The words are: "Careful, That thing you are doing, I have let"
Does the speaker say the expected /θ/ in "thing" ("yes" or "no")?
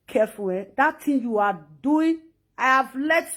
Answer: no